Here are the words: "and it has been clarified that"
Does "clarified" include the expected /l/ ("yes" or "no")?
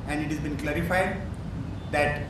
yes